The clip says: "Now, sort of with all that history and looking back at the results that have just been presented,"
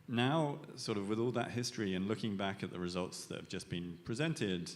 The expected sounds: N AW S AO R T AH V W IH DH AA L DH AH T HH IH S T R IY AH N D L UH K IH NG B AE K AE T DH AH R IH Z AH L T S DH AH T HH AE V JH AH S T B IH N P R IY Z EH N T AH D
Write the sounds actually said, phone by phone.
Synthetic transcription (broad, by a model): N AW S AO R T AH V W IH DH AA L DH AH T HH IH S T R IY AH N L UH K IH NG B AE K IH T DH AH R IH Z AH L T S DH AH T HH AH V JH AH S B IH N P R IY Z EH N T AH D